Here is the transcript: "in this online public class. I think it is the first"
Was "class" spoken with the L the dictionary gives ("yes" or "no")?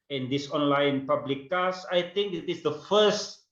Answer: no